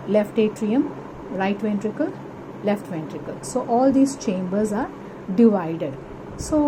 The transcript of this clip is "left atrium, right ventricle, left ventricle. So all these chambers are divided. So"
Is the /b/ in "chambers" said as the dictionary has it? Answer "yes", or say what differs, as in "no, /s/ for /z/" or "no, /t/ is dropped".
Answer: yes